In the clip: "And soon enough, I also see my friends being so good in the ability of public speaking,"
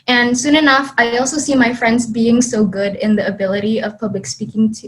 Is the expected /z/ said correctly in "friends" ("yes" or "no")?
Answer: yes